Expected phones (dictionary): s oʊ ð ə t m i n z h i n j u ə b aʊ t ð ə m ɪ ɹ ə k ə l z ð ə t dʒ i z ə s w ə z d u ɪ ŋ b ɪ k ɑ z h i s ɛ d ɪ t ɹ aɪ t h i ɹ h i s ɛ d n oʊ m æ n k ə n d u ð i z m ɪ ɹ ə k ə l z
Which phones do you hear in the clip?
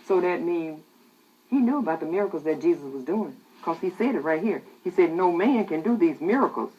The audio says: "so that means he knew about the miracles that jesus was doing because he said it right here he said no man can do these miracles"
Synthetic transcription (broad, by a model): s oʊ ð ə t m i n h i n j u ə b aʊ t ð ə m ɪ ɹ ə k l z ð ə t dʒ i z ə s w ə z d u ɪ ŋ k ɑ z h i s ɛ d ɪ t ɹ aɪ t h i ɹ h i s ɛ d n oʊ m æ n k ə n d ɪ ð i z m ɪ ɹ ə k l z